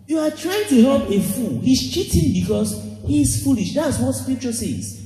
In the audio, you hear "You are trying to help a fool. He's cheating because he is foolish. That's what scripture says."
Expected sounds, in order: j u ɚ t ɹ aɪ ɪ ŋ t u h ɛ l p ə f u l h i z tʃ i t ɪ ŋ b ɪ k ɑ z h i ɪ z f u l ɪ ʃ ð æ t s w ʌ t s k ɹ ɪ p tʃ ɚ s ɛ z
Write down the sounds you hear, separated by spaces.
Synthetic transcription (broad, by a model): j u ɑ t ɹ aɪ ɪ ŋ t u h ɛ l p ə f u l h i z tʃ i t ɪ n b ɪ k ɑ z h i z f u l ɪ ʃ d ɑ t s w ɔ t s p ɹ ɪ tʃ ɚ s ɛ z